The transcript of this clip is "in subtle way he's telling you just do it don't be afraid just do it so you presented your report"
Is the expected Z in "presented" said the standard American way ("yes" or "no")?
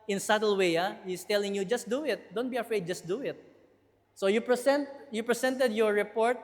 no